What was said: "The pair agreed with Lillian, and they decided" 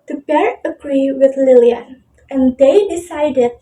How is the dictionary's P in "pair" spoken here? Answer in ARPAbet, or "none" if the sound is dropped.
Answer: B